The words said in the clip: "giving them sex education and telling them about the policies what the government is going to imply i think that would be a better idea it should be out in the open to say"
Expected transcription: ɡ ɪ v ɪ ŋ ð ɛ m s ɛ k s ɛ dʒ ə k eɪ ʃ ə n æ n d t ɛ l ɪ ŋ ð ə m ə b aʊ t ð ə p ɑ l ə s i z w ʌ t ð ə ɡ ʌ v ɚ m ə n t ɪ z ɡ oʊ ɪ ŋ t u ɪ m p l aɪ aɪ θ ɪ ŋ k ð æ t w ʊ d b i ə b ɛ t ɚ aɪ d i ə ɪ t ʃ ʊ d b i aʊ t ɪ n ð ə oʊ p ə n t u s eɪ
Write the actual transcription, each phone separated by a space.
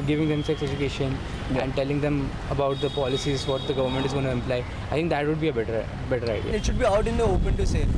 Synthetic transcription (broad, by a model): ɡ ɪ v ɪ ŋ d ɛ m s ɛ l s ɛ dʒ ə k eɪ ʃ ə n æ n d t ɛ l ɪ ŋ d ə m ə b aʊ t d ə p ɑ l ə s i z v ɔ t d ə ɡ ʌ v ɚ m ə n t ɪ z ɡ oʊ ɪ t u ɪ m p l aɪ aɪ t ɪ ŋ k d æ t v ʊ d b i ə b ɛ t ɚ aɪ d i ə ɪ t ʃ ʊ d b i aʊ t ɪ n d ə oʊ p ə n t u s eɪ